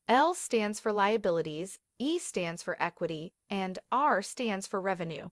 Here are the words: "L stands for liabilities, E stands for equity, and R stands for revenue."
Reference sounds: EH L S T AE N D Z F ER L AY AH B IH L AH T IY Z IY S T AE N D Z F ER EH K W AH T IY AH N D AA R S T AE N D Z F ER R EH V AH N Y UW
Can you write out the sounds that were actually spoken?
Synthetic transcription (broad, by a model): EH L S T AE N D Z F ER L AY AH B IH L AH T IY Z IY S T AE N D Z F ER EH K W AH T IY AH N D AA R S T AE N D Z F ER R EH V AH N Y UW